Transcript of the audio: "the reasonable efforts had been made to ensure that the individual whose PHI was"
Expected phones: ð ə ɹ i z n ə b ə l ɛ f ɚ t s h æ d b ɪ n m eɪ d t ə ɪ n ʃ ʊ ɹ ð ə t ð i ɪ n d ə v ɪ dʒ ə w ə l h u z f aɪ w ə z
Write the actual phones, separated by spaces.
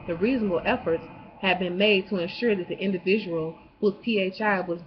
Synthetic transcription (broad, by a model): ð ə ɹ i z n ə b l ɛ f ɚ t s h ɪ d b ɪ n m eɪ d t ə ɪ n ʃ ʊ ɹ ð ə t ð i ɪ n d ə v ɪ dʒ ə w l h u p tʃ aɪ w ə z